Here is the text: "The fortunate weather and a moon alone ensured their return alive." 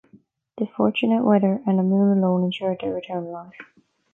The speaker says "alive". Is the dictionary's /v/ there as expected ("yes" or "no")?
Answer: no